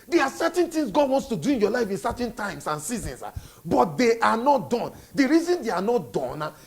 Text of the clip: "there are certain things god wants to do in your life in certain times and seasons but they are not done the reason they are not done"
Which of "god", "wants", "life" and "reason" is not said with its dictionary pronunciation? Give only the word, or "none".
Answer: none